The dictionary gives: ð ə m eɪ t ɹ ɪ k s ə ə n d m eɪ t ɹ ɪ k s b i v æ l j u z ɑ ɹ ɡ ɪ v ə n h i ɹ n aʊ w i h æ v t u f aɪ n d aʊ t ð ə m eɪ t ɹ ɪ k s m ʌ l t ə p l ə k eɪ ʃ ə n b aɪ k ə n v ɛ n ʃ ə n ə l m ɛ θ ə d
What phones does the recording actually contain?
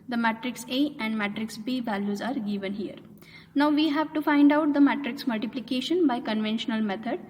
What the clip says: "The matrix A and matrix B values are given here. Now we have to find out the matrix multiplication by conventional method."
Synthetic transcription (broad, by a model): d ə m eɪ t ɹ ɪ k s ə ə n d m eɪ t ɹ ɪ k s b i v æ l j u z ɑ ɹ ɡ ɪ v ə n h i ɹ n aʊ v i h æ v t u f aɪ n d aʊ t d ə m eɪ t ɹ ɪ k s m ʌ l t ə p l ə k eɪ ʃ ə n b aɪ k ə n v ɛ n ʃ ə n ə l m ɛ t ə d